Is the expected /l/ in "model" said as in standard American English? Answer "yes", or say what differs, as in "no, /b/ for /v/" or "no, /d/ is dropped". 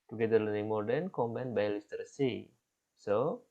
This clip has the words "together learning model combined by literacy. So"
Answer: no, /n/ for /l/